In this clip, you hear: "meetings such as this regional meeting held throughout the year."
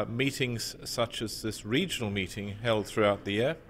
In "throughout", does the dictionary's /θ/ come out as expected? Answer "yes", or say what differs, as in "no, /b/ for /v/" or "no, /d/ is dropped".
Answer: yes